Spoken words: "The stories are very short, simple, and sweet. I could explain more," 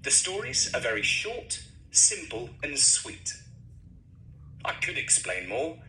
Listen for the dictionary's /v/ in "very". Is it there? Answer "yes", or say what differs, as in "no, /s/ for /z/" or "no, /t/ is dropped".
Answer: yes